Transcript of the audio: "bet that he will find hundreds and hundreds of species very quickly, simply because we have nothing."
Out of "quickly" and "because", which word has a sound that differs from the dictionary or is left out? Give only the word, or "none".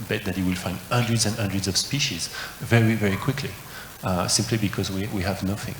none